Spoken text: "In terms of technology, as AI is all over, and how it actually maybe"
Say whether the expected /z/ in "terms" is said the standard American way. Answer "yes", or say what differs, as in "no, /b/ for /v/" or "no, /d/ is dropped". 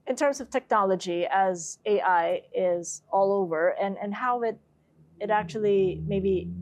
yes